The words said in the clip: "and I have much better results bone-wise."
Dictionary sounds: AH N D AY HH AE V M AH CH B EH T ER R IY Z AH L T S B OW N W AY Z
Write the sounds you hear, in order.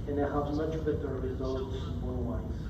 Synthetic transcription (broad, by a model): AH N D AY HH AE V M AH CH B EH T ER R IY Z AH L T S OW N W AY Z